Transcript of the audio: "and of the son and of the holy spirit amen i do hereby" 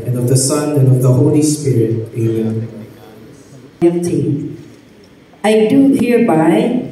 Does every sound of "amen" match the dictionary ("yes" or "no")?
no